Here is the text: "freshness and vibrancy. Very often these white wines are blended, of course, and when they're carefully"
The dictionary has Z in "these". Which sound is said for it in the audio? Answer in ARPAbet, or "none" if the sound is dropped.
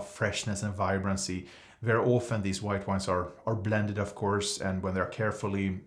Z